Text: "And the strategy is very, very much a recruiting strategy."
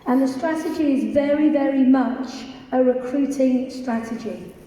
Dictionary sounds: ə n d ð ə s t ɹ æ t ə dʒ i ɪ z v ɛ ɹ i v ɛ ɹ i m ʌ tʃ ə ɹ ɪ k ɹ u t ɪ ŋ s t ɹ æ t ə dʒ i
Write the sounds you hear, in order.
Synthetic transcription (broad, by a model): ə n ð ə s t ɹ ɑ t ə dʒ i ɪ z v ɛ ɹ i v ɛ ɹ i m ʌ tʃ ə ɹ ɪ k ɹ u t ɪ ŋ s t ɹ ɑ t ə dʒ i